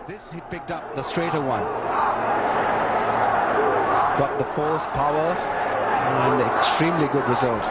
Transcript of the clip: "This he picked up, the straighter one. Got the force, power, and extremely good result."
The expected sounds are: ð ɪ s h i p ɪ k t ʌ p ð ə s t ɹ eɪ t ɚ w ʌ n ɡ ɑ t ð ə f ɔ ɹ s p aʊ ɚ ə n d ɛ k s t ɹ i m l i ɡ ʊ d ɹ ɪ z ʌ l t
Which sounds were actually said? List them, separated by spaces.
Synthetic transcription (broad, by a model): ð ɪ s h i p ɪ k t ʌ p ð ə s t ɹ eɪ t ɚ w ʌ n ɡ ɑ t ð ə f ɔ l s p aʊ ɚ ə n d ɛ k s t ɹ i m l i ɡ ʊ d ɹ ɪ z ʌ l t